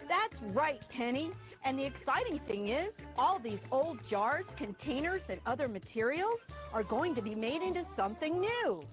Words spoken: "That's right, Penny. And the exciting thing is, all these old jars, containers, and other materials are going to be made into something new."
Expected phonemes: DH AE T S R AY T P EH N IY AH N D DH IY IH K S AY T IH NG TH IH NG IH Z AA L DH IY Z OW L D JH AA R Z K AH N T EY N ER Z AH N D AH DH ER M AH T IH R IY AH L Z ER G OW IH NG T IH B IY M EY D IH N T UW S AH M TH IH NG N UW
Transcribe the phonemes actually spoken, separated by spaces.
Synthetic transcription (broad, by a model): DH AE T S R AY T P EH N IY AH N DH IY IH K S AY T IH NG TH IH NG IH Z AA L DH IY Z OW L D JH AA R Z K AH N T EY N ER Z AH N AH DH ER M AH T IH R IY L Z ER G OW IH NG T IH B IY M EY D IH N T UW S AH M TH IH NG N UW